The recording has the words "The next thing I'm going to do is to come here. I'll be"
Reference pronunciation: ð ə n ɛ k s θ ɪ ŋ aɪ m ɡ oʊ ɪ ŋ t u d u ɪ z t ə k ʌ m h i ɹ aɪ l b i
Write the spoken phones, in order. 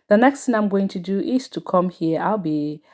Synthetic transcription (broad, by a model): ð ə n ɛ k s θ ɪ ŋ aɪ m ɡ oʊ ɪ ŋ t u d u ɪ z t ə k ʌ m h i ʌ aɪ l b i